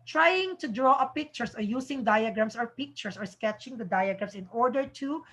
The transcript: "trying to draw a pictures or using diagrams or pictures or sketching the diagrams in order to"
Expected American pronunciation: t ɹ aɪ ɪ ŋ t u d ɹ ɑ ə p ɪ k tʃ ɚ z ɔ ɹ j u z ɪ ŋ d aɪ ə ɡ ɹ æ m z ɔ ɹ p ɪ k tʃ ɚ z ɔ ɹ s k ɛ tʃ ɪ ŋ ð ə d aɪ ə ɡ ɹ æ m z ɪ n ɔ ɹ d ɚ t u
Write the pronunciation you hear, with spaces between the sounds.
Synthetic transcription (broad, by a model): t ɹ aɪ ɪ ŋ t u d ɹ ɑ ə p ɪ k tʃ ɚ s ɔ ɹ j u s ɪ ŋ d aɪ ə ɡ ɹ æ m s ɔ ɹ p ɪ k tʃ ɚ s ɔ ɹ s k ɛ tʃ ɪ ŋ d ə d aɪ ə ɡ ɹ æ m s ɪ n ɔ ɹ d ɚ t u